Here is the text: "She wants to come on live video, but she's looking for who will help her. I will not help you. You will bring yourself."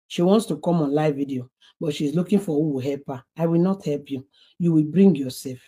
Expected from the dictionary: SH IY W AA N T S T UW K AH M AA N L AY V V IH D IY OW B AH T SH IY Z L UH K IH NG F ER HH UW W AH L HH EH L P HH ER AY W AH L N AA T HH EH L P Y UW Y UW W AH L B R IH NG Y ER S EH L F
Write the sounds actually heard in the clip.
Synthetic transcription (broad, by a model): SH IY W AA N T S T UW K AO M AA N L AY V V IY D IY OW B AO T SH IY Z L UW K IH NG F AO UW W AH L HH EH L P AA AY W AH L N AA T HH EH L P Y UW Y UW W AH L B R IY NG Y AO S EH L F